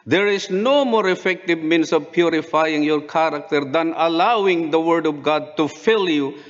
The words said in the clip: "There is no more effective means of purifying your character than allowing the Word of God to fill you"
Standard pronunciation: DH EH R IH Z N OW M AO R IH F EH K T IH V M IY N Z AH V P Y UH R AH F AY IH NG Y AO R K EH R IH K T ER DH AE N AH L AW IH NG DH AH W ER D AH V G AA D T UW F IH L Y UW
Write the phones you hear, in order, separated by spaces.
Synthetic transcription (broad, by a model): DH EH R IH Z N OW M AO R IH F EH K T IH V M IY N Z AH V P Y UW R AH F AY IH NG Y AO R K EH R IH K T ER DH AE N AH L AW IH NG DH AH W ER D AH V G AA D T UW F IH L Y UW